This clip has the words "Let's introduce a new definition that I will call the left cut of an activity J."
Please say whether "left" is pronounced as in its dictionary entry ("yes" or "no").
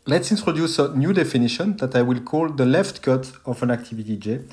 yes